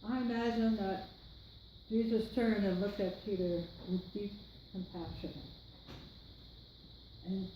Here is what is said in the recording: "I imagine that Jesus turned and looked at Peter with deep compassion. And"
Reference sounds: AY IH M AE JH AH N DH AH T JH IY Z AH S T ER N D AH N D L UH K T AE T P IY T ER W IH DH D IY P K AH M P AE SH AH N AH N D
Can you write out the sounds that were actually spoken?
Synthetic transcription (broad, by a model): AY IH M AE Z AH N DH AH T JH IY Z AH S T ER N D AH N L UH K T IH T P IY T ER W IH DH D IY P K AH M P AE SH AH N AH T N